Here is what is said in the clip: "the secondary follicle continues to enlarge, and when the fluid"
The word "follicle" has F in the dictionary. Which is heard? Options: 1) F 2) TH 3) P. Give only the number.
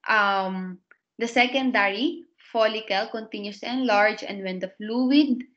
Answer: 1